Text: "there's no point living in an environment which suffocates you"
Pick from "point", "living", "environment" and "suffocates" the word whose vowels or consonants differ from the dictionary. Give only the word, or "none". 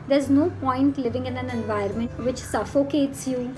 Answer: environment